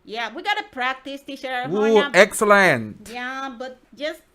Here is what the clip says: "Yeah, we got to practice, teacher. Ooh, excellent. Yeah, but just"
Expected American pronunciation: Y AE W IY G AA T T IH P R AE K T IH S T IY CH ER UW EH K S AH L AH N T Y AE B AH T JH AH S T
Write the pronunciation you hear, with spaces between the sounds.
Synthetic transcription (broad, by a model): Y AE W IY G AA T T IH P R AE K T IH S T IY SH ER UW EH K S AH L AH N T Y AE B AH T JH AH S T